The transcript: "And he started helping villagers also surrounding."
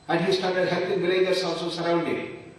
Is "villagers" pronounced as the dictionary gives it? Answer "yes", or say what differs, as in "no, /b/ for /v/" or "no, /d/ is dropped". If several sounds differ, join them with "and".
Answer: no, /b/ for /v/ and /s/ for /z/